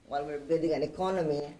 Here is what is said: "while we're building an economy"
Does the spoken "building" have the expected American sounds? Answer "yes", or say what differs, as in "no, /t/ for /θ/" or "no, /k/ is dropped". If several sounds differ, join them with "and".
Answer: no, /l/ is dropped